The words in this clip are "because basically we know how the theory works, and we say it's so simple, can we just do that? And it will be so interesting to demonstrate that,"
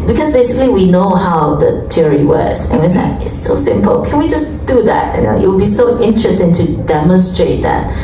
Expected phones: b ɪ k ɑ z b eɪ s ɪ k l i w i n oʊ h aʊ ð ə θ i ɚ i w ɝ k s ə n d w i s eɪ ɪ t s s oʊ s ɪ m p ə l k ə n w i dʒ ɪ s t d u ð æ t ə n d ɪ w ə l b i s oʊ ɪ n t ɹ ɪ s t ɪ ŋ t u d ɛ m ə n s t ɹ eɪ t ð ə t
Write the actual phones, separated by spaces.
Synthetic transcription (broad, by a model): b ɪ k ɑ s b eɪ s ɪ k l i w i n oʊ h aʊ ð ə t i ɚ i w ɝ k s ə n w i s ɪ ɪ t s s oʊ s ɪ m p ə l k ə n w i dʒ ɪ s d u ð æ t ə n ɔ ɪ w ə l b i s oʊ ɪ n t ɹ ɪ s t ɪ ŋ t u d ɛ m ə n s t ɹ eɪ t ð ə t